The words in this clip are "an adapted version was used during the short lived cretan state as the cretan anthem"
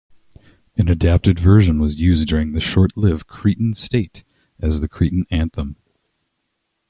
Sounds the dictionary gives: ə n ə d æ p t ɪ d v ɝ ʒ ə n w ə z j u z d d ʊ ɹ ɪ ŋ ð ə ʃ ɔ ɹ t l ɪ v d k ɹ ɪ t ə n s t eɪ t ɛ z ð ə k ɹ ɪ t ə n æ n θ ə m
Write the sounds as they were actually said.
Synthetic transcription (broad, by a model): ə n ə d æ p t ɪ d v ɝ ʒ ə n w ə z j u z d d ʊ ɹ ɪ ŋ ð ə ʃ ɔ ɹ t l ɪ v k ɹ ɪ t n s t eɪ t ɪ z ð ə k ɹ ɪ t n æ n θ ə m